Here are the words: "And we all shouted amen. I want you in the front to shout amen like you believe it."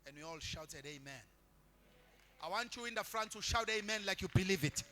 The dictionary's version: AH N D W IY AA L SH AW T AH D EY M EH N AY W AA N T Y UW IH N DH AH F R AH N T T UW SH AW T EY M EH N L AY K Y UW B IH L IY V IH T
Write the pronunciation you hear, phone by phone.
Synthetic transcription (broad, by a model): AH N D W IY AA L SH AW T AH D EY M EH N AY W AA N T Y UW IH N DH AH F R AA N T T UW SH AW T EY M EH N L AY K Y UW B IH L IY V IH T